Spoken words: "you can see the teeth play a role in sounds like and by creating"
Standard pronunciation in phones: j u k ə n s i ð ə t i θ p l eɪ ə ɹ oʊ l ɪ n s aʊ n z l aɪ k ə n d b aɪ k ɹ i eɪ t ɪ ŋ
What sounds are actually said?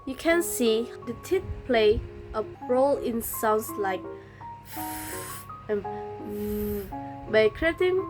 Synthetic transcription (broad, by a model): j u k ə n s i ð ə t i t p l eɪ ə ɹ oʊ l ɪ n s aʊ n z l aɪ k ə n b aɪ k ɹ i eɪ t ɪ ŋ